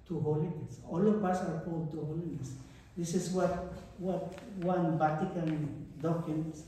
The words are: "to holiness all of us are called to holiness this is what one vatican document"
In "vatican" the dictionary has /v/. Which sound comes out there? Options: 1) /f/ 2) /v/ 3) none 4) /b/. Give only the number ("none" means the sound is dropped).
4